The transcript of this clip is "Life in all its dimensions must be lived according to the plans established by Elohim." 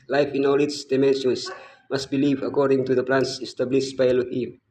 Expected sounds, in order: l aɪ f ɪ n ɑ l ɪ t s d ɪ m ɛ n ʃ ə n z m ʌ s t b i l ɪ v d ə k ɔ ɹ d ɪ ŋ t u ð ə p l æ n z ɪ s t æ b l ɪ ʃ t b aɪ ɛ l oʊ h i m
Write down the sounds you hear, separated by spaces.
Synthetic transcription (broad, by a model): l aɪ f ɪ n ɑ l ɪ t s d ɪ m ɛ n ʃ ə n s m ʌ s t b i l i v ə k ɔ ɹ d ɪ ŋ t u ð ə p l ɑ n s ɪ s t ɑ b l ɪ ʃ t b aɪ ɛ l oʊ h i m